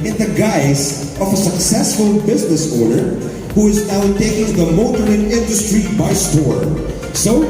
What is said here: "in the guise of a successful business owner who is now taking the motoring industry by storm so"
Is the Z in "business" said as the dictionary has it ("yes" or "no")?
yes